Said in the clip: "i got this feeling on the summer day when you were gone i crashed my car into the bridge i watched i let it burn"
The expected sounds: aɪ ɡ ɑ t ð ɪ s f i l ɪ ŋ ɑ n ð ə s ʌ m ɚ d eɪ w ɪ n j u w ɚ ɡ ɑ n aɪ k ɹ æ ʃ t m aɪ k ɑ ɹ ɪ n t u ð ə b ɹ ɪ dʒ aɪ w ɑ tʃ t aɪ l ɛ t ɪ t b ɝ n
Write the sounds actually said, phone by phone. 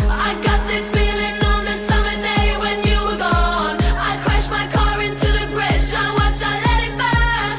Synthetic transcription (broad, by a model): aɪ ɡ ɑ t ð ɪ s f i l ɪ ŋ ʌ n ð ə s ʌ m ɚ d eɪ w ɪ n j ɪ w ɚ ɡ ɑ n aɪ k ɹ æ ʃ m aɪ k ɑ ɹ ɪ n t u ð ə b ɹ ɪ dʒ aɪ w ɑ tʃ aɪ l ɛ t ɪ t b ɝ